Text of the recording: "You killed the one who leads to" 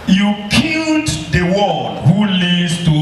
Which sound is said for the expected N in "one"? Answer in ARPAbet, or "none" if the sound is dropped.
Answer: L